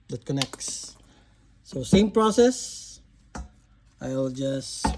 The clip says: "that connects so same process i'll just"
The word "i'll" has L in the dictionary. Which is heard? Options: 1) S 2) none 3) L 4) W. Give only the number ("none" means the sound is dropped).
3